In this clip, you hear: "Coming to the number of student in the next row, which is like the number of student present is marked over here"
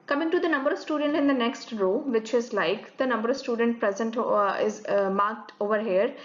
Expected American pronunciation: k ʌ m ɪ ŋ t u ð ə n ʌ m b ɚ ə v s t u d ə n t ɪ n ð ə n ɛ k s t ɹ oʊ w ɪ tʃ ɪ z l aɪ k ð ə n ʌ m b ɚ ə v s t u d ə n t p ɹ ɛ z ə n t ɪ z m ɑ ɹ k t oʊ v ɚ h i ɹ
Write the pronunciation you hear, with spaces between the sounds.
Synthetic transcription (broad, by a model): k ʌ m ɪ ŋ t u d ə n ʌ m b ɚ ə v s t u d ə n t ɪ n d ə n ɛ k s t ɹ oʊ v ɪ tʃ ɪ z l aɪ k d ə n ʌ m b ɚ ə v s t u d ə n t p ɹ ɛ z ə n t ɪ z m ɑ ɹ k t oʊ v ɚ h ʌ ɹ